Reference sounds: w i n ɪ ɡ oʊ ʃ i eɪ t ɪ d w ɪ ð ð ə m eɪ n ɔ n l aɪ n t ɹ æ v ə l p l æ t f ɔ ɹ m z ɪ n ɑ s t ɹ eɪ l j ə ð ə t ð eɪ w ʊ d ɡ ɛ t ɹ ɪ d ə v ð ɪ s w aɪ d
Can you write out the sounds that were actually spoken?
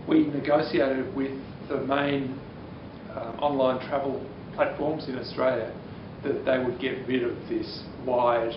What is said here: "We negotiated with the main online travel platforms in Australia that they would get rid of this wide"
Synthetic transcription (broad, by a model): w i n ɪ ɡ oʊ s i eɪ t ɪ d w ɪ ð ð ə m eɪ n ɔ n l aɪ n t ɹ æ v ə l p l æ t f ɔ ɹ m z ɪ n ɑ s t ɹ eɪ l j ə ð ə t ð eɪ w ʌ d ɡ ɛ t ɹ ɪ d ə v ð ɪ s w aɪ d